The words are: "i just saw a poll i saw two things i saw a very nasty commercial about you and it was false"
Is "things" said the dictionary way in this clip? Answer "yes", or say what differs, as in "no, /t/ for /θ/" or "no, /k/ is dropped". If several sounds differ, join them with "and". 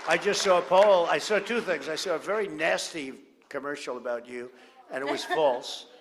yes